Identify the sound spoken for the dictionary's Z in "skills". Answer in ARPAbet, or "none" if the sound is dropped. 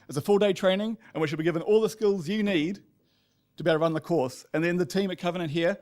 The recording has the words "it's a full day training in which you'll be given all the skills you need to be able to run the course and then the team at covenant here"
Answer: Z